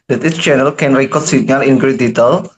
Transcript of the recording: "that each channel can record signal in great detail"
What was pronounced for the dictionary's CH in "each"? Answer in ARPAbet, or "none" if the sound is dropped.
S